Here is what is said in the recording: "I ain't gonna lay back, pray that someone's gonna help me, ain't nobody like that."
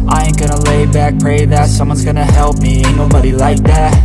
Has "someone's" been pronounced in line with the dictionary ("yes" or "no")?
yes